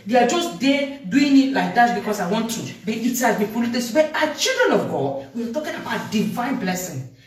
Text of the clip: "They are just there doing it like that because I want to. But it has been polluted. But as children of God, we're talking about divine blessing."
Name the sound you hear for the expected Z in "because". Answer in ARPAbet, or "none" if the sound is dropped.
S